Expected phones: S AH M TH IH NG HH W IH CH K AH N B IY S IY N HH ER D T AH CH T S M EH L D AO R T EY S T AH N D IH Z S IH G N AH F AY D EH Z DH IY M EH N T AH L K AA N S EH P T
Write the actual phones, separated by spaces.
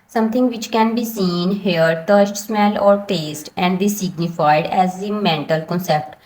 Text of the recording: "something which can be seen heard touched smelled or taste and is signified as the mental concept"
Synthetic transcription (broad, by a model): S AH M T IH NG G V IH CH K AH N B IY S IY N HH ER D T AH S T S M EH L AO R T EY S T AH N D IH S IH G N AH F AY D EH Z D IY M EH N T AH L K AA N S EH P T